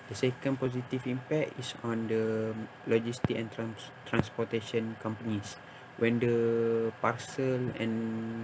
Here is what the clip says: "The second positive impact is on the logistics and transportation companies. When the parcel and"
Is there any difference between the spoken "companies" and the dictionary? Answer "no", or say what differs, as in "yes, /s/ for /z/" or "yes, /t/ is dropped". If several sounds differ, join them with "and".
yes, /s/ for /z/